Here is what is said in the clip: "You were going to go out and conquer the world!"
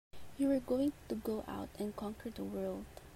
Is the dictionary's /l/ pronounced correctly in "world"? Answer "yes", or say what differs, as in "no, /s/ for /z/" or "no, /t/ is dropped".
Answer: yes